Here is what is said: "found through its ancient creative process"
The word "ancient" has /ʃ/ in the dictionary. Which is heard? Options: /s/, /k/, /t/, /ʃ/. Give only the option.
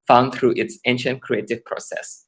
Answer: /ʃ/